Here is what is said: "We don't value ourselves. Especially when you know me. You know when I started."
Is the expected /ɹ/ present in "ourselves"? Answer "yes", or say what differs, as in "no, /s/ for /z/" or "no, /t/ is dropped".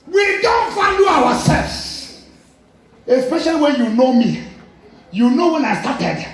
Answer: no, /w/ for /ɹ/